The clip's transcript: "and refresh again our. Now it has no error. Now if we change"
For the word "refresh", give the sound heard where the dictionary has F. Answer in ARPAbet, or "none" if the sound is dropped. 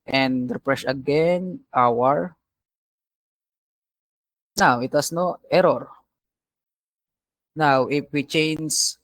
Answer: P